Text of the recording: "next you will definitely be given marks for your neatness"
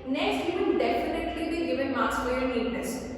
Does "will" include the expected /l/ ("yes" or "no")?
no